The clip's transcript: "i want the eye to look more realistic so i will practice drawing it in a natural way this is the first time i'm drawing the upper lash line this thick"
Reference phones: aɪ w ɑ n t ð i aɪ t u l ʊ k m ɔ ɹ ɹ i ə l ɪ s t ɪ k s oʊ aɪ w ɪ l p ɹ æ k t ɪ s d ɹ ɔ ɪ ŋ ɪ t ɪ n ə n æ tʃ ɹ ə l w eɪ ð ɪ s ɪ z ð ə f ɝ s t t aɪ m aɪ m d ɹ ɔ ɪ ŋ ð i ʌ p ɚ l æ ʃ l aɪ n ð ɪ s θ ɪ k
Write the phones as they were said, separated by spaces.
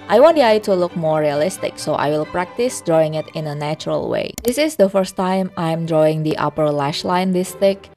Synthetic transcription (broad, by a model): aɪ w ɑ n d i aɪ t u l ʊ k m ɔ ɹ ɹ i ə l ɪ s t ɪ k s oʊ aɪ w ɪ l p ɹ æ k t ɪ s d ɹ ɔ ɪ ŋ ɪ t ɪ n ə n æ tʃ ɹ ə l w eɪ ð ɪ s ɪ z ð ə f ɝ s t t aɪ m aɪ m d ɹ ɔ ɪ ŋ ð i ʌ p ɚ l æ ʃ l aɪ n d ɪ s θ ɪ k